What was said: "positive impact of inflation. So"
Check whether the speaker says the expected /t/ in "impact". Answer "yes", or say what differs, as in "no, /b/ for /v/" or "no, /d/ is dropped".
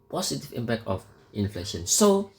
no, /t/ is dropped